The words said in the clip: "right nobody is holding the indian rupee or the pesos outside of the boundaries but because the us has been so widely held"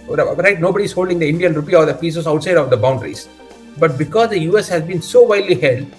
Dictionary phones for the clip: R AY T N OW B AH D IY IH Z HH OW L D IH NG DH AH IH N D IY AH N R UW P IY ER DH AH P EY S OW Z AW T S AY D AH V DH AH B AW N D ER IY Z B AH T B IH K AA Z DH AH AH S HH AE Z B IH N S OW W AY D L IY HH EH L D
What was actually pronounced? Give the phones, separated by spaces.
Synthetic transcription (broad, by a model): R AY T N OW B AH D IY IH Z HH OW L D IH NG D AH IH N D IY AH N R UW P IY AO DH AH P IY S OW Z AW T S AY D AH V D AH B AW N D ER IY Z B AH T B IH K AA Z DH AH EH S HH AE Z B IH N S OW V AY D L IY HH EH L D